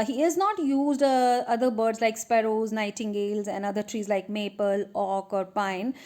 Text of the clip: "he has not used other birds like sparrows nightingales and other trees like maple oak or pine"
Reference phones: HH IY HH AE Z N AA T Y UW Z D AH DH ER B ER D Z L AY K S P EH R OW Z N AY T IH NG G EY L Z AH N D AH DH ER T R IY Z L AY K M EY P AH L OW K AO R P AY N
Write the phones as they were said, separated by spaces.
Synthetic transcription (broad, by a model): HH IY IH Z N AA T Y UW Z D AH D ER B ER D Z L AY K S P EH R OW Z N AY T IH NG G EY L Z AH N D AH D ER T R IY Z L AY K M EY P AH L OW K AO R P AY N